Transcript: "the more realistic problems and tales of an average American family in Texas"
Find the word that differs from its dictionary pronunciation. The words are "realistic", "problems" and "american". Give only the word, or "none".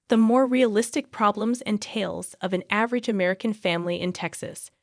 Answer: none